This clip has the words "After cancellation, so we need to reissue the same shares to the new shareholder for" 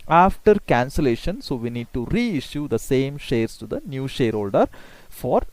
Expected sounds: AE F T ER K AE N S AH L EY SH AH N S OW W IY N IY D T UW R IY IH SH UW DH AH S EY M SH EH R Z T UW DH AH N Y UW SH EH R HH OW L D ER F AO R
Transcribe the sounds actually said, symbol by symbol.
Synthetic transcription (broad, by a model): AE F T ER K AE N S AH L EY SH AH N S OW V IY N IY D T UW R IY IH SH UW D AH S EY M SH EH R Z T UW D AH N Y UW SH EH R HH OW L D ER F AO R